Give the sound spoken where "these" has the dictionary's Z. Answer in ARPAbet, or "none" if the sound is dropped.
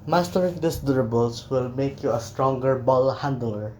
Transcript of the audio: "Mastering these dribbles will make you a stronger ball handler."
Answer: S